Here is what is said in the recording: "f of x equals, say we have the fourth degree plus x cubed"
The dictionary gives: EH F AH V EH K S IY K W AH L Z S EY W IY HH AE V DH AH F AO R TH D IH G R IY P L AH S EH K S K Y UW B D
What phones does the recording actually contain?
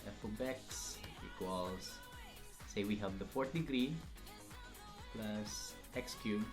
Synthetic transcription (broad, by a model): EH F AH B EH K S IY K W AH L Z S EY W IY HH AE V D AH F AO R T D IH G R IY P L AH S EH K S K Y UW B